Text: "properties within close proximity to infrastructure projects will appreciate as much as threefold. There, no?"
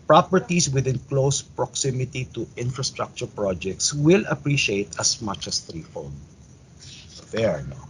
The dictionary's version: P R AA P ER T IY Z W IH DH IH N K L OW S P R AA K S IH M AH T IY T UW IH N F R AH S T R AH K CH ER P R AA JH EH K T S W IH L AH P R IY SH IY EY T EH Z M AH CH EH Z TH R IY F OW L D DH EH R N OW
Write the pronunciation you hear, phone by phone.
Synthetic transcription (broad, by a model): P R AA P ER T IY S W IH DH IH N K L OW S P R AA K S IH M AH T IY T UW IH N F R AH S T R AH K CH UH P R AA JH EH K T S W IH L AH P R IY SH IY EY T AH S M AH CH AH S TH R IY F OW N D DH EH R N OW